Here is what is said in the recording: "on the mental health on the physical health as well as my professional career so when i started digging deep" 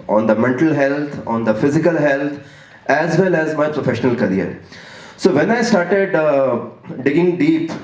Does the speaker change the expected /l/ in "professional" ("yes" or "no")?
no